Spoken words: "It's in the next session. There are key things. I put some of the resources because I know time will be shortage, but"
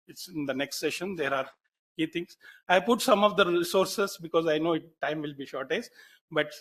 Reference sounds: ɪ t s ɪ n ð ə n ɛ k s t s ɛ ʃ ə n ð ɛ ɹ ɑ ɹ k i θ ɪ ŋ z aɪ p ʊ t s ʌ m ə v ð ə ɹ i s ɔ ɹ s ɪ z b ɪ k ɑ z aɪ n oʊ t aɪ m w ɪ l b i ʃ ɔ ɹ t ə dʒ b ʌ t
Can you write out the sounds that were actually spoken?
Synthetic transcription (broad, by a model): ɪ t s ɪ n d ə n ɛ k s t s ɛ ʃ ə n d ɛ ɹ ɑ ɹ k i t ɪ ŋ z aɪ p ʊ t s ʌ m ə v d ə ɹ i s ɔ ɹ s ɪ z b ɪ k ɑ z aɪ n oʊ t aɪ m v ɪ l b i ʃ ɔ ɹ t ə z b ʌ t